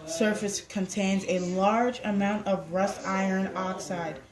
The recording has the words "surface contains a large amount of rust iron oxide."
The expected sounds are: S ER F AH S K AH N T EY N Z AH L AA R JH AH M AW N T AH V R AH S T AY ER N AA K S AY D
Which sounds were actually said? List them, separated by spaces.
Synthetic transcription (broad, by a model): S ER F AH S K AH N T EY N Z AH L AA R JH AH M AW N T AH V R AH S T AY ER N AA K S AY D